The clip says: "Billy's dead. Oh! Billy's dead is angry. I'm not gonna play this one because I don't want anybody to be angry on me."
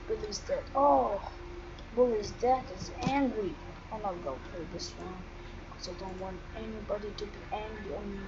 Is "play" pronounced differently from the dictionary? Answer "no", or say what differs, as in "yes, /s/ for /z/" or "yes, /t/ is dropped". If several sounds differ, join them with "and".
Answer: yes, /l/ is dropped